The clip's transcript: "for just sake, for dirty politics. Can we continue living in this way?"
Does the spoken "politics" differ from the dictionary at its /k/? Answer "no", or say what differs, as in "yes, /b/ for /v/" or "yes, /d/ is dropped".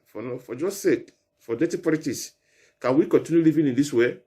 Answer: yes, /k/ is dropped